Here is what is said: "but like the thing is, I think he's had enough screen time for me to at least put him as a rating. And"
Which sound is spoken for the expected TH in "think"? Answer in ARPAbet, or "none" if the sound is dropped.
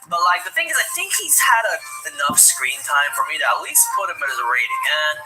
TH